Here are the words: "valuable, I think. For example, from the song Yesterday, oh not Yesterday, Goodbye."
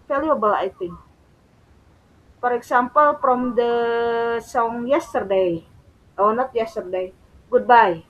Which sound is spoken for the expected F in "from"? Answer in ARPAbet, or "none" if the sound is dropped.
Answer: P